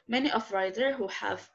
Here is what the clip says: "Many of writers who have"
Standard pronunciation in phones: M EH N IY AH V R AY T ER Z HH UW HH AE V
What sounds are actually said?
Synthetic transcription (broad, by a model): M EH N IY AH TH R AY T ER HH UW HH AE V